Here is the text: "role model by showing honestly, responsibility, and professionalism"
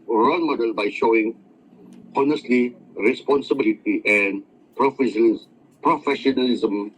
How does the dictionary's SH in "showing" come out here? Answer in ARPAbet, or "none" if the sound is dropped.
SH